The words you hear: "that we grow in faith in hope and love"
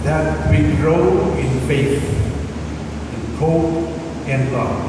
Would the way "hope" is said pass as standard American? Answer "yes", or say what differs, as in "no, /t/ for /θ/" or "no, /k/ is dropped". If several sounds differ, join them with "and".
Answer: no, /p/ is dropped